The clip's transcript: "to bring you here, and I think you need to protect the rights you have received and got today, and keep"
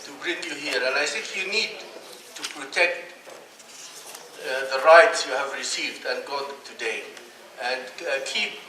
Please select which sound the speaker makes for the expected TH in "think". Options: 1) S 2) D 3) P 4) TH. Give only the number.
1